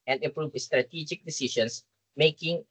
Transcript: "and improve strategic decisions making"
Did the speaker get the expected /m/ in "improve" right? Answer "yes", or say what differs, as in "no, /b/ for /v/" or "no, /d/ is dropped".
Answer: no, /m/ is dropped